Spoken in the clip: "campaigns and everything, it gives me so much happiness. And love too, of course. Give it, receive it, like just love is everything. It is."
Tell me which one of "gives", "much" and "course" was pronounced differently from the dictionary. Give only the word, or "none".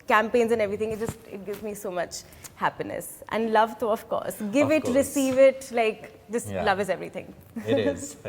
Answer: none